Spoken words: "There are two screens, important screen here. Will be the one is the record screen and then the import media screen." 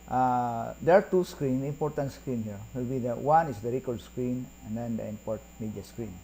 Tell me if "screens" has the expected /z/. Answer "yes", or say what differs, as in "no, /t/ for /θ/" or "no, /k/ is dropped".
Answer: no, /z/ is dropped